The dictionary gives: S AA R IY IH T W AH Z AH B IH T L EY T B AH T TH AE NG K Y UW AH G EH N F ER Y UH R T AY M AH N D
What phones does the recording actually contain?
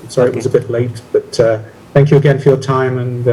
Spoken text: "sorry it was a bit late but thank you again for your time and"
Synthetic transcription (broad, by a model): S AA R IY IH T W AH Z AH B IH T L EY T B AH T TH AE NG K Y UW AH G EH N F ER Y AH R T AY M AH N